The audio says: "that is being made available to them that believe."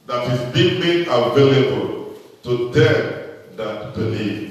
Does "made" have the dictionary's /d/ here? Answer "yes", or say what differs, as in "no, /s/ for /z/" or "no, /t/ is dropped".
no, /d/ is dropped